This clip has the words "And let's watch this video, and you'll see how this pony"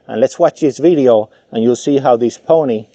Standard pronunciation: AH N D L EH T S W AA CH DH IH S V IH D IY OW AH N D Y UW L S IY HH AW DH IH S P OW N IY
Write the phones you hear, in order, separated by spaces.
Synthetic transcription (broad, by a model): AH N L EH T S W AA CH DH IH S V IH D IY OW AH N Y UW L S IY HH AW DH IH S P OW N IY